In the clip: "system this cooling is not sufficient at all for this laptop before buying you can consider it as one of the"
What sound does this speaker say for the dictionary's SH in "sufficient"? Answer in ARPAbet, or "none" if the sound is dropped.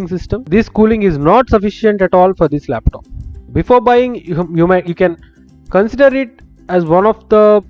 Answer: SH